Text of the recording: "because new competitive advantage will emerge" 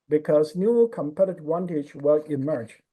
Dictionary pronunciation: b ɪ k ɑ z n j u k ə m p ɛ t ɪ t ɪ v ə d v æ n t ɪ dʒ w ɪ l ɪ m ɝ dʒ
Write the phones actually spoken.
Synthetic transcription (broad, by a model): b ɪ k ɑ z n j u k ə m p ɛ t t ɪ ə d w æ n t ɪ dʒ w ɪ l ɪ m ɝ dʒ